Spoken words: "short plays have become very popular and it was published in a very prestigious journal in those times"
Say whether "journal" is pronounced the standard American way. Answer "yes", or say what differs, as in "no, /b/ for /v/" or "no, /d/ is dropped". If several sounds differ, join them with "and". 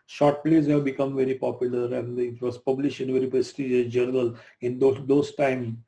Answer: no, /n/ is dropped